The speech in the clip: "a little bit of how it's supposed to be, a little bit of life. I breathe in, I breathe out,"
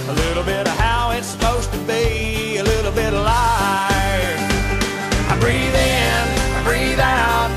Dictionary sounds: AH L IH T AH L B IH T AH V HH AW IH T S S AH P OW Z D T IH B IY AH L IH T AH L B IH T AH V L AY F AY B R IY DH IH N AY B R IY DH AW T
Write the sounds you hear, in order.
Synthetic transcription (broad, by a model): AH L IH T L B IH T AH V HH AW IH T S S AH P OW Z T IH B IY AH L IH T L B IH T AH L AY AY B R IY DH IH N AY B R IY DH AW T